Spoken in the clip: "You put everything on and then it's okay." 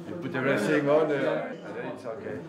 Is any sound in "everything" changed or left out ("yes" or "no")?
yes